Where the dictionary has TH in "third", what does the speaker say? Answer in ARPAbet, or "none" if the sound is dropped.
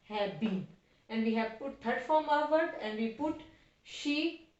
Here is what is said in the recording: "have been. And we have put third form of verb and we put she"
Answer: T